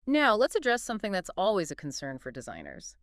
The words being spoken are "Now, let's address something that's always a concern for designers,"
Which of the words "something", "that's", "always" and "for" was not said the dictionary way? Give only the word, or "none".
none